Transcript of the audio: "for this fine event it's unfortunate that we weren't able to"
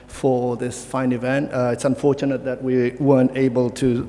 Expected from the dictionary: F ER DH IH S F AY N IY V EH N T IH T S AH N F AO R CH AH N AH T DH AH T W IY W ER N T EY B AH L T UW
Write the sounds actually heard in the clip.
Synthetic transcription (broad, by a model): F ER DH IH S F AY N IY V EH N T IH T S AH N F AO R CH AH N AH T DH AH T W IY W ER N T EY B AH L T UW